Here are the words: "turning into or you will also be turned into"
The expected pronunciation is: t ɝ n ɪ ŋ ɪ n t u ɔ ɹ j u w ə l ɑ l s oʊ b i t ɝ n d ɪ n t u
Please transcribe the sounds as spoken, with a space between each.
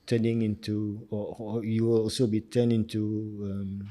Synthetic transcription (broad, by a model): t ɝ n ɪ ŋ ɪ n t u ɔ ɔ j u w ɑ l s oʊ b i t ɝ n ɪ n t u